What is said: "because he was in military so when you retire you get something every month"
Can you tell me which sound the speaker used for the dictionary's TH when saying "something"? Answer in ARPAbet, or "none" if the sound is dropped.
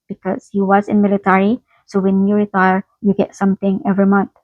T